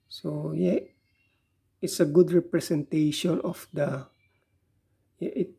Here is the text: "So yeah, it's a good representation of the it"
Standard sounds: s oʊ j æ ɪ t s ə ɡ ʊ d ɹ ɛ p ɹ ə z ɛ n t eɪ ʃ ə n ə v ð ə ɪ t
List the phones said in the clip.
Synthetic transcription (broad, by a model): s oʊ j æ ɪ t s ə ɡ ʊ d ɹ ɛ p ɹ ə s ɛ n t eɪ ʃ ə n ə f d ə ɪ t